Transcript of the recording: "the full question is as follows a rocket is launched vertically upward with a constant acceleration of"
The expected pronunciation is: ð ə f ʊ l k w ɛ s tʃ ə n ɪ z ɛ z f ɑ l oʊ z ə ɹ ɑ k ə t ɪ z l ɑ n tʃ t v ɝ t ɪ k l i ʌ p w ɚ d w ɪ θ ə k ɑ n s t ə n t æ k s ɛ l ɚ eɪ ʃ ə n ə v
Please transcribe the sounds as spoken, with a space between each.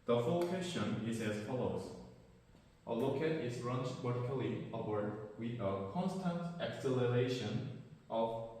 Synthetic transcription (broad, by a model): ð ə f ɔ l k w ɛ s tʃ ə n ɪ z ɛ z f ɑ l oʊ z ə l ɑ k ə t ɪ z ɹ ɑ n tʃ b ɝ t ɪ k l i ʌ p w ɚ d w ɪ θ ə k ɑ n s t ə n t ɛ k s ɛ l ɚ eɪ ʃ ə n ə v